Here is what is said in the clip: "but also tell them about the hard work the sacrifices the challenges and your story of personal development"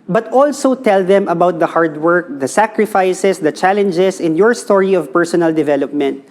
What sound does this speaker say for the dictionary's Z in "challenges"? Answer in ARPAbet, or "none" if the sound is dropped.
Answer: S